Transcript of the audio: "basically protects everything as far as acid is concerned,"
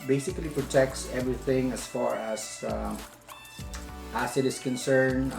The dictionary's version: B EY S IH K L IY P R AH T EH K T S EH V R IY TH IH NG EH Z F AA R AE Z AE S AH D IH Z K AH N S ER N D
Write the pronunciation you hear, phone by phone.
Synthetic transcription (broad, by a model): B EY S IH K L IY P R AH T EH K T S EH V R IY TH IH NG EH S F AA R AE S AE S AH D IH S K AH N S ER N